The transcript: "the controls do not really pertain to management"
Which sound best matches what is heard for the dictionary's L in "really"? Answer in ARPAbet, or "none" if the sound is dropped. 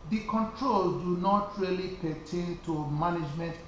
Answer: L